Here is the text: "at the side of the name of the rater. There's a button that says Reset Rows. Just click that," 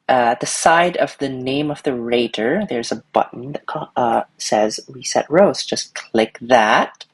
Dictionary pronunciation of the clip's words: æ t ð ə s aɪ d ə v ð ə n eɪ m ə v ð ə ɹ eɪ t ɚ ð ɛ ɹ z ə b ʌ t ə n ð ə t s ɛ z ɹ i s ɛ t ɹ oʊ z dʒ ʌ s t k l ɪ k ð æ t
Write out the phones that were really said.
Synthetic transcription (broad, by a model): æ t ð ə s aɪ d ə v ð ə n eɪ m ə v ð ə ɹ eɪ t ɚ ð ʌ ɹ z ə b ʌ t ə n ð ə t s ɛ z w i s ɛ t ɹ oʊ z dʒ ʌ s k l ɪ k ð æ t